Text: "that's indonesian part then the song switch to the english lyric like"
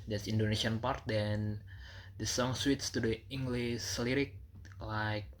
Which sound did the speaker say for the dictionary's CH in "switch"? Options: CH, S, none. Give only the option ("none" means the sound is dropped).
S